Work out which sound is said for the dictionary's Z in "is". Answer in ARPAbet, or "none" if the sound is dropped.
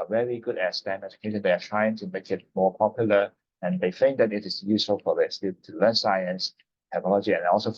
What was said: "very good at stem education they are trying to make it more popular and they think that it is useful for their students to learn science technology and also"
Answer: S